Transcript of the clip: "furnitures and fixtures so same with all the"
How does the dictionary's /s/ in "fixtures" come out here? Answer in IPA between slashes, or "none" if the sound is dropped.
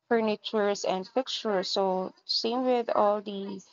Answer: none